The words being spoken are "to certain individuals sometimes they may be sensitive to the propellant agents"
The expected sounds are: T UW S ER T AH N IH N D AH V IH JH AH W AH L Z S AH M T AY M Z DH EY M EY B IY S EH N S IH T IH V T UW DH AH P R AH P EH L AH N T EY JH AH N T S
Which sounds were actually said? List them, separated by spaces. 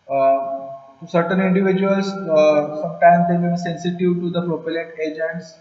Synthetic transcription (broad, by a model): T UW S ER T AH N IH N D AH V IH JH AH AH L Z S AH M T AY M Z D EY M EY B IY S EH N S IH T IH V T UW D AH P R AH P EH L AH T EY JH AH N T S